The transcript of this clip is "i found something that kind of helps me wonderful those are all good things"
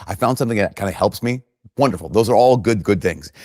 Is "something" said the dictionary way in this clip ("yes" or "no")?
yes